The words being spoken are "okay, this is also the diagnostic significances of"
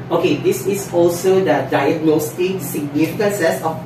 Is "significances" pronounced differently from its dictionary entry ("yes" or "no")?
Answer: yes